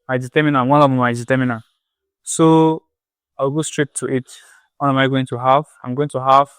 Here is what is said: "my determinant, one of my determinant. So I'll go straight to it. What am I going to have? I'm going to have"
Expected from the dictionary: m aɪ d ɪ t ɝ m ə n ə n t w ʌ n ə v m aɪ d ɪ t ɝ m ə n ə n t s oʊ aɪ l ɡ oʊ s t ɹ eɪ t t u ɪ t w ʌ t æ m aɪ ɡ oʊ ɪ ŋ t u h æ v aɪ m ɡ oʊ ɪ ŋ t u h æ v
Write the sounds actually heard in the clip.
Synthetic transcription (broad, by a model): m aɪ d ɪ t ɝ m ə n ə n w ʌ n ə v m aɪ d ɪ t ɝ m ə n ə s oʊ aɪ w ɡ oʊ s t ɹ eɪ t t u ɪ t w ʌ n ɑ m aɪ ɡ oʊ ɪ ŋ t u h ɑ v aɪ m ɡ oʊ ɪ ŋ t u h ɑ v